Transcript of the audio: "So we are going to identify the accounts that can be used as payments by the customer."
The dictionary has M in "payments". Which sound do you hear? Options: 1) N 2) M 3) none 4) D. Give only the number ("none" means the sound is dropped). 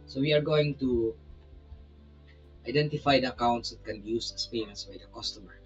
3